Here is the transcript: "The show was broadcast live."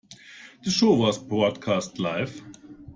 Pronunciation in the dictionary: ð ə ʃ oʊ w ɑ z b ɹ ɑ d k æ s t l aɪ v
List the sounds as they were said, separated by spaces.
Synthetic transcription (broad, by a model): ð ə ʃ oʊ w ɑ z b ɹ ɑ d k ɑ s t l aɪ f